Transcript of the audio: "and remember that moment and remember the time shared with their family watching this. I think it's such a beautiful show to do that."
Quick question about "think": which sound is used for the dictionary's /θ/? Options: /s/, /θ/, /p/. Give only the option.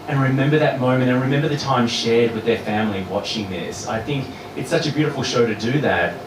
/θ/